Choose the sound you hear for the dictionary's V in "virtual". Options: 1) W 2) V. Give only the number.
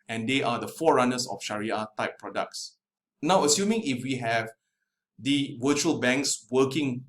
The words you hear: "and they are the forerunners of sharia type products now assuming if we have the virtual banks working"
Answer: 1